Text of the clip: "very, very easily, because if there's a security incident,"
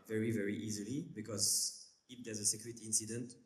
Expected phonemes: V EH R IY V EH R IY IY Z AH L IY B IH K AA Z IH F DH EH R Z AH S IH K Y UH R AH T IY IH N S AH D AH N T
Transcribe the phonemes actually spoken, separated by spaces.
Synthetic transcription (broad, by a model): V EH R IY V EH R IY IY Z AH L IY B IH K AA Z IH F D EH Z AH S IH K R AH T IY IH N S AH D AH N T